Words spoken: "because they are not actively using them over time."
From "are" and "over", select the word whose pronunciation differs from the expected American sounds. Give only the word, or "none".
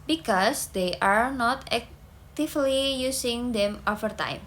over